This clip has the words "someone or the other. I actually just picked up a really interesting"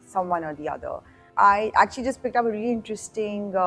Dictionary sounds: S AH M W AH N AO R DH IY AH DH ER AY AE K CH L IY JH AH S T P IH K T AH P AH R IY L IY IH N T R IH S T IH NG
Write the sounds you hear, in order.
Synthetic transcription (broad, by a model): S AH M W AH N AO R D IY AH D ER AY AE K CH L IY JH AH S T P IH K T AH P AH R IY L IY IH N T R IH S T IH NG